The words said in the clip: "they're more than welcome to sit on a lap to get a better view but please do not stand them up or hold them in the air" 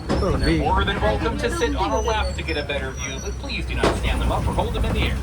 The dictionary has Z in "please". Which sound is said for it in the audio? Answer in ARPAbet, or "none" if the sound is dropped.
Z